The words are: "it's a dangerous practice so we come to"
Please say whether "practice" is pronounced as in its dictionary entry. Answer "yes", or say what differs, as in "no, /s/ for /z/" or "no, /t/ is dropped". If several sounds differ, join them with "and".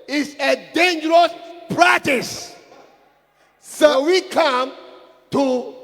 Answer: yes